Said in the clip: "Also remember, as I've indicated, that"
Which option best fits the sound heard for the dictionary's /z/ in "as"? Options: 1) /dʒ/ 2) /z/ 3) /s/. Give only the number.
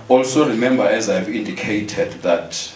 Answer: 2